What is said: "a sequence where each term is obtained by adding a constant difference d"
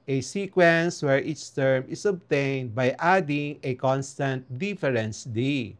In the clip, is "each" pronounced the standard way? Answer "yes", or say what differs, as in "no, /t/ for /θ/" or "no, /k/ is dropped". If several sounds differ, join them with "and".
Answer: no, /s/ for /tʃ/